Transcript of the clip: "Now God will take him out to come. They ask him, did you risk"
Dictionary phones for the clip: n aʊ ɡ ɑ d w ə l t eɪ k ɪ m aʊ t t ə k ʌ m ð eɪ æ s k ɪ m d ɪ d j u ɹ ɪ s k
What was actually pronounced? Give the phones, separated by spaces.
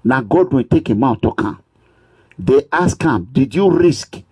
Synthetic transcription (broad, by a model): n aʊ ɡ ɑ d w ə n t eɪ k ɪ m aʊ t t ə k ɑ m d eɪ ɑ s k ɪ m d ɪ d j u ɹ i s k